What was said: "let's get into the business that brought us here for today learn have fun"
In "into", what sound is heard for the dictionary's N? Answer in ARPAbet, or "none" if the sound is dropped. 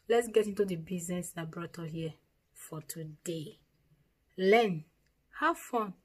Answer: N